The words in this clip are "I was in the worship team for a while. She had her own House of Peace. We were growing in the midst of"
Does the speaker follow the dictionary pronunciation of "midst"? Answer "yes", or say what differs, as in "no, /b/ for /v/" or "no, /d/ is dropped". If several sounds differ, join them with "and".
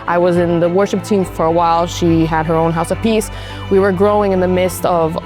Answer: yes